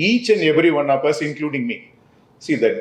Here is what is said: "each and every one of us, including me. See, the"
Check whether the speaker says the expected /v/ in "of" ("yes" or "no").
no